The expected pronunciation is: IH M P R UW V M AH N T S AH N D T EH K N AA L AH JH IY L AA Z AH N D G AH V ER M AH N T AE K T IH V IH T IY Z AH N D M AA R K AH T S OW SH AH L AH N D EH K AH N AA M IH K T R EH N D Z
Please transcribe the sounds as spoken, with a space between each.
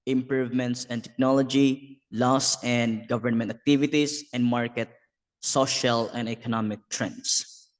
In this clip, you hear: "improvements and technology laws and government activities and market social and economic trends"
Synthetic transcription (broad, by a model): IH M P R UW V M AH N T S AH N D T EH K N AA L AH JH IY L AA S AH N D G AH V ER M AH N T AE K T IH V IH T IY S AH N D M AA R K AH T S OW SH AH L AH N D EH K AH N AA M IH K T R EH N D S